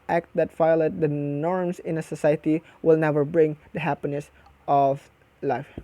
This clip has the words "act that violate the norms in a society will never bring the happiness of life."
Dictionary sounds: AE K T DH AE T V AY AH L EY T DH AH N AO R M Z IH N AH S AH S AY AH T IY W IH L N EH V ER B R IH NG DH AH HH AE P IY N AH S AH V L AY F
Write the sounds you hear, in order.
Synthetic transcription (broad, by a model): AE K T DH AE T F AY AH L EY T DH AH N AO R M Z IH N AH S AH S AY AH T IY W IH L N EH V ER B R IH NG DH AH HH AE P IY N AH S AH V L AY F